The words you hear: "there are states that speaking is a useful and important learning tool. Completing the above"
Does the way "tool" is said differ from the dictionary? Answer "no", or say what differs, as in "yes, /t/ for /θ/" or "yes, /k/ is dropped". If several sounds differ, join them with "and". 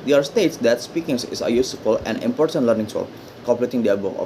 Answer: yes, /s/ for /t/